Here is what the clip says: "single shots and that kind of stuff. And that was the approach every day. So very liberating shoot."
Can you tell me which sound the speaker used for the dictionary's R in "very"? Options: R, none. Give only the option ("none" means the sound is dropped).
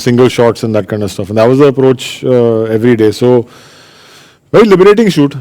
none